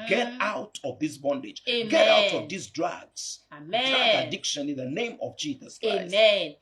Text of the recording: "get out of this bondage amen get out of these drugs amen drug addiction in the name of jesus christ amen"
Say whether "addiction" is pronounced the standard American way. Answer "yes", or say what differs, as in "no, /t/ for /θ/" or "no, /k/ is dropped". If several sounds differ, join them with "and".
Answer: yes